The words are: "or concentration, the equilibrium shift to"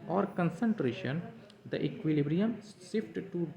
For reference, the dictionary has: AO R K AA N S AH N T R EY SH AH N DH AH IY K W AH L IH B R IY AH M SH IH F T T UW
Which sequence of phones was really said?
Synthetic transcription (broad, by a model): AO R K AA N S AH N T R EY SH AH N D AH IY K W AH L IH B R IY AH M S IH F T T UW